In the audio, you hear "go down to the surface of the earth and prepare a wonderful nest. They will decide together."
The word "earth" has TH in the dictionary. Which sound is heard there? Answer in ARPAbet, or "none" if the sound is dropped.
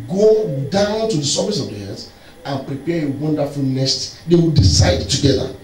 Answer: S